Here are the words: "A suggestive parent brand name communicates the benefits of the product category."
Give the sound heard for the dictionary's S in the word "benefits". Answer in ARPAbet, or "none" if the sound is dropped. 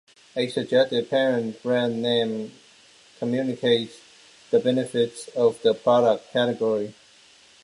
S